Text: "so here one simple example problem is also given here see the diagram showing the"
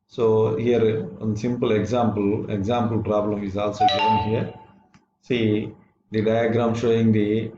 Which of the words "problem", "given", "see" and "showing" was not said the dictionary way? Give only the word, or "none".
given